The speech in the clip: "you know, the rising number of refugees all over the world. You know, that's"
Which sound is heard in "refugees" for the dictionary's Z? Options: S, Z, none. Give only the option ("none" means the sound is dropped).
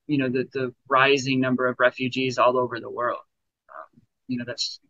Z